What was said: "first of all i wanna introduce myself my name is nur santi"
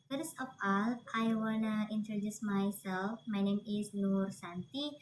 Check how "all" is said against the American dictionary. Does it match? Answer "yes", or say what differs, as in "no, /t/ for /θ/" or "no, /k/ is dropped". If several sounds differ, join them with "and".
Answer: yes